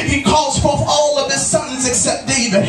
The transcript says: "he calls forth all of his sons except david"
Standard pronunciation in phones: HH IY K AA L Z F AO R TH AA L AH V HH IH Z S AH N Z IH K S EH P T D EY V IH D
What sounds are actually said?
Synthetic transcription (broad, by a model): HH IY K AA L Z F AO R TH AA L AH V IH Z S AH N Z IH K S EH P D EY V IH